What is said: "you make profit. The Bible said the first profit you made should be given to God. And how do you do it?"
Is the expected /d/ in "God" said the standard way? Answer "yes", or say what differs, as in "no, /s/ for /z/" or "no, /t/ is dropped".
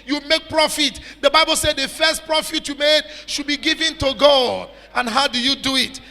no, /d/ is dropped